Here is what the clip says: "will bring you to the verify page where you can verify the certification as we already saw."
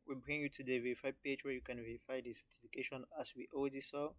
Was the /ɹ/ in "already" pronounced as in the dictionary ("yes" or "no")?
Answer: no